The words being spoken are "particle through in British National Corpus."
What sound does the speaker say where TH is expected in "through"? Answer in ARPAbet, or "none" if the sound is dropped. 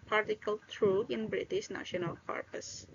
T